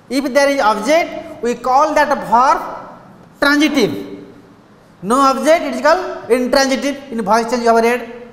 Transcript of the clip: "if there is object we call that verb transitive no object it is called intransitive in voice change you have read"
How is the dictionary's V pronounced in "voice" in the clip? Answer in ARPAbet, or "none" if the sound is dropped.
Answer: B